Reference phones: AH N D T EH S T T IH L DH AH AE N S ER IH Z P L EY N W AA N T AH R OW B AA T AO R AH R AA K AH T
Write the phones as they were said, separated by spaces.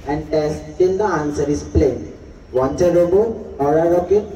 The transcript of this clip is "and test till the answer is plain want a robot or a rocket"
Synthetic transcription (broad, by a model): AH N D T EH S T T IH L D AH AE N S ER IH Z P L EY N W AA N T AH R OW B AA AO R AH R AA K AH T